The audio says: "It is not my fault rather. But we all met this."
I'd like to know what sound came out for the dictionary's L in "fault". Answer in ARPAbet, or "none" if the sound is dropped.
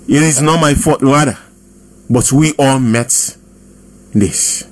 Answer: none